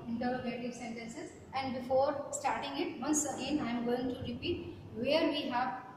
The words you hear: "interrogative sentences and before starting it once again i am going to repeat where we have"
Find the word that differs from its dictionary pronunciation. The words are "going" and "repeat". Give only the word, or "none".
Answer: none